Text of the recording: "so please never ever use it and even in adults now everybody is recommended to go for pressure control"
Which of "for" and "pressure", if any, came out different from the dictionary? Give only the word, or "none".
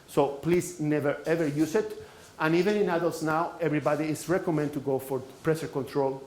pressure